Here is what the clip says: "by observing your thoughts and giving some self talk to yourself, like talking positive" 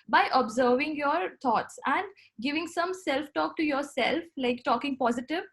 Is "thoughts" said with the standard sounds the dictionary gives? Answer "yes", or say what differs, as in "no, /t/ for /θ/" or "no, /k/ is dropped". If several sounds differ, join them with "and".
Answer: no, /t/ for /θ/